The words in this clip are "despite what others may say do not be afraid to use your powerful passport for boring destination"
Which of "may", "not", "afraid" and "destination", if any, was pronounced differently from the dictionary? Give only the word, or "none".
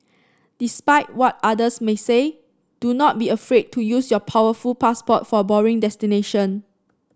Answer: none